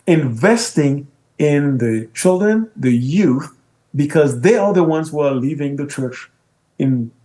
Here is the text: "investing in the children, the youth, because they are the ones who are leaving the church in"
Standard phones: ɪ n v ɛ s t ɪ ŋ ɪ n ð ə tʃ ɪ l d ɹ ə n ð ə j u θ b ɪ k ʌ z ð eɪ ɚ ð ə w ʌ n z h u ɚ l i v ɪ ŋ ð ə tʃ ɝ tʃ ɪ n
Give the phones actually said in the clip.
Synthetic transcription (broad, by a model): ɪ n v ɛ s t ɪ ŋ ɪ n ð ə tʃ ɪ l d ɹ ə n ð ə j u θ b ɪ k ʌ z ð eɪ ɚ ð ə w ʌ n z h u ɚ l i v ɪ ŋ ð ə tʃ ɝ tʃ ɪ n